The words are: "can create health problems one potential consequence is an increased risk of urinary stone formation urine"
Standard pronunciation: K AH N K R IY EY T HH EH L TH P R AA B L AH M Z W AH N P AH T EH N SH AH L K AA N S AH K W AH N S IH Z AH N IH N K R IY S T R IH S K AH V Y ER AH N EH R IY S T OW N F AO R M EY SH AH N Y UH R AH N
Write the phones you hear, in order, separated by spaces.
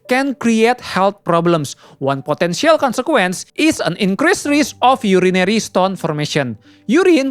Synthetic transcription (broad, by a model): K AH N K R IY EY T HH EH L T P R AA B L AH M S W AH N P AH T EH N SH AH L K AA N S AH K W AH N S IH S AH N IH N K R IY S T R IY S AH F Y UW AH N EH R IY S T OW N F AO R M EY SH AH N Y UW R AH